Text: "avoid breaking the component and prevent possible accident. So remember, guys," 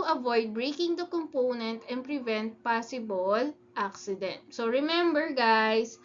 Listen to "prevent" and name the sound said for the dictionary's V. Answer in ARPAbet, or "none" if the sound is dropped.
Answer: V